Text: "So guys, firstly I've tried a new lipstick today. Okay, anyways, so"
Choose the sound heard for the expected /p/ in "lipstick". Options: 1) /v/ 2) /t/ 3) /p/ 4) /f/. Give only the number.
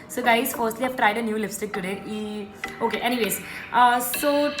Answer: 4